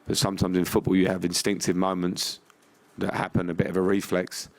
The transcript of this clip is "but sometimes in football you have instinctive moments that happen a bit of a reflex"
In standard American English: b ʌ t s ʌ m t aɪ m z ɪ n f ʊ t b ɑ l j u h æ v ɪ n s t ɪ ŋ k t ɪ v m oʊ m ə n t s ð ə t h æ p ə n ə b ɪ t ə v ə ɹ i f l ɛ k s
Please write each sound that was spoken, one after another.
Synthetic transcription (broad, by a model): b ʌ t s ʌ m t aɪ m z ɪ n f ʊ t b ɑ l j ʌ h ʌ v ɪ n s t ɪ ŋ k t ɪ v m oʊ m ə n t s ð ə t h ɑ p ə n ə b ɪ t ə v ə ɹ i f l ɛ k s